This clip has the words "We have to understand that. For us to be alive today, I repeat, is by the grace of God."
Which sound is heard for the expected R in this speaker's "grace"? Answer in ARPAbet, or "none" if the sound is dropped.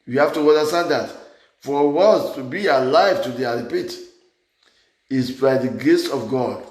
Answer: none